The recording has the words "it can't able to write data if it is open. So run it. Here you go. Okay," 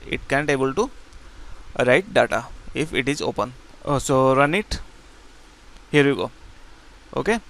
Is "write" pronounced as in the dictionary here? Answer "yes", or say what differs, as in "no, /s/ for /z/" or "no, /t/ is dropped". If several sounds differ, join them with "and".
yes